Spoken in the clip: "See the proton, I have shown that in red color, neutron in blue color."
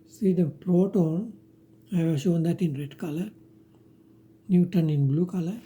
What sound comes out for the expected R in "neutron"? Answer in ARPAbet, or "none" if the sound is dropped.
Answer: none